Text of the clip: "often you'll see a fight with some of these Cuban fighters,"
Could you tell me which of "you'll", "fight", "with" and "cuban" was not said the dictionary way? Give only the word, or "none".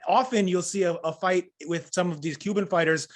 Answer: none